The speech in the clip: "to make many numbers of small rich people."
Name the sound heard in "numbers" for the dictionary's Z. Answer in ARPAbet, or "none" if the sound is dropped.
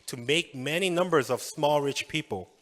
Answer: Z